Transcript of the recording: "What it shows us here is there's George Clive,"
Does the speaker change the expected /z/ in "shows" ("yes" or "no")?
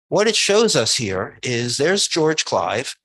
no